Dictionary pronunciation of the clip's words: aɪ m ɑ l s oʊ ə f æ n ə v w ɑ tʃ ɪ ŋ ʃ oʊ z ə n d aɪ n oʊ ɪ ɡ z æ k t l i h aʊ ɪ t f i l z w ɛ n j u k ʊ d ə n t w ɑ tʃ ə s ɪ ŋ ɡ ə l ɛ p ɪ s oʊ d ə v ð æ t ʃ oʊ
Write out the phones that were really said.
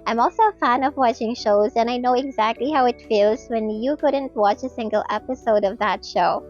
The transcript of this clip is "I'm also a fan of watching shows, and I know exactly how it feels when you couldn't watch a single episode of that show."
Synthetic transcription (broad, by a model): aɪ m ɑ l s oʊ ə f æ n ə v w ɑ tʃ ɪ ŋ ʃ oʊ z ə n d aɪ n oʊ ɪ ɡ z æ k t l i h aʊ ɪ t f i l z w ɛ n j u k ʊ d ə n t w ɑ tʃ ə s ɪ ŋ ɡ ə l ɛ p ɪ s oʊ d ə v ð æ t ʃ oʊ